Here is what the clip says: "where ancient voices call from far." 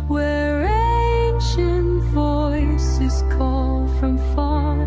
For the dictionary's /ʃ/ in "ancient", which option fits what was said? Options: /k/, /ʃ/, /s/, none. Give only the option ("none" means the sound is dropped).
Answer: /ʃ/